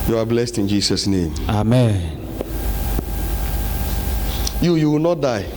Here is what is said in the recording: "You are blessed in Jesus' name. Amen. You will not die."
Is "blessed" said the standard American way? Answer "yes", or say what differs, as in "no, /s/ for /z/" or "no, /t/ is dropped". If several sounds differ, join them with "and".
yes